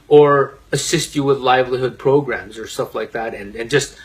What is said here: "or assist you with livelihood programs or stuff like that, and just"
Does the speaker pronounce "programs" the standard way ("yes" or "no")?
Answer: yes